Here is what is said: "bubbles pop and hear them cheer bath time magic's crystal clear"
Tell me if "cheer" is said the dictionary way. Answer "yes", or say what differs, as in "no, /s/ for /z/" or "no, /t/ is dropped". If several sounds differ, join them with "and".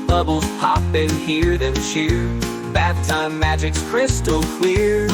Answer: no, /ʃ/ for /tʃ/